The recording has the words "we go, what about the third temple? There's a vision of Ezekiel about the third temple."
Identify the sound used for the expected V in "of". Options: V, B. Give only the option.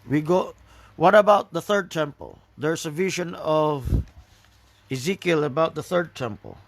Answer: V